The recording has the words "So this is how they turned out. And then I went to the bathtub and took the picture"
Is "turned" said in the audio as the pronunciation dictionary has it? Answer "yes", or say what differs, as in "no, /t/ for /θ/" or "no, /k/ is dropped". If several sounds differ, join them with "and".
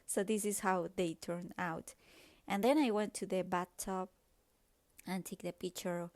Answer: no, /d/ is dropped